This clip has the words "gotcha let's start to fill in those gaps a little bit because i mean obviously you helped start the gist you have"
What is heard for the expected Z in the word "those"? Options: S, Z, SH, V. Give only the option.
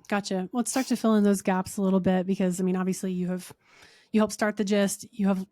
Z